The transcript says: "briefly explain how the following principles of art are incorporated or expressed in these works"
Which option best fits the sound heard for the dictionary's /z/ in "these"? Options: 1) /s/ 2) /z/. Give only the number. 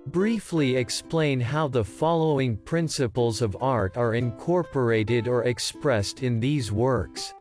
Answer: 2